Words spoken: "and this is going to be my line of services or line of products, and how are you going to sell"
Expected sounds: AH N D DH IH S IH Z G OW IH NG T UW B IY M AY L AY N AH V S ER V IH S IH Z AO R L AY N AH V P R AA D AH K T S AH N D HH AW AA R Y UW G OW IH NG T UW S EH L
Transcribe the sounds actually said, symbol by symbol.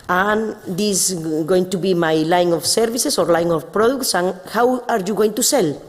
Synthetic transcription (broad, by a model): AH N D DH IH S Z G OW IH NG T UW B IY M AY L AY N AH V S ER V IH S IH S AO R L AY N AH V P R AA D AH K T S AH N HH AW AA R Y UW G OW IH NG T UW S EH L